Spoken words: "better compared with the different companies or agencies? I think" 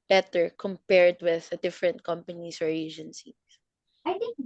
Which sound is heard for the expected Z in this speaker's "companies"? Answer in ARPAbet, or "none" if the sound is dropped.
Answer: S